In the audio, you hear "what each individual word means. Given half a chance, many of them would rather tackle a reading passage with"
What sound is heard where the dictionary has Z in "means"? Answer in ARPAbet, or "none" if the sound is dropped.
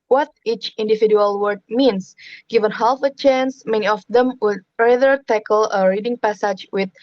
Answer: S